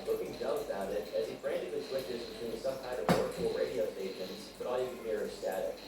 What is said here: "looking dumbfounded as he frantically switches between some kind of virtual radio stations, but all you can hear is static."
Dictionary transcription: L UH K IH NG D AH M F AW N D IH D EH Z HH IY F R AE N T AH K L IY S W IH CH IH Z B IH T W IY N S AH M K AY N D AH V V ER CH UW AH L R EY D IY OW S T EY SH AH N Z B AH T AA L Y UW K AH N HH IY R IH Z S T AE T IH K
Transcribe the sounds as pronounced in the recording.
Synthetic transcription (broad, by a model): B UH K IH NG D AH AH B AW D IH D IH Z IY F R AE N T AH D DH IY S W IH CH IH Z B IH T W IY N S AH M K AY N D AH V W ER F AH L R EY D IY OW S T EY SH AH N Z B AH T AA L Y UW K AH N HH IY R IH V S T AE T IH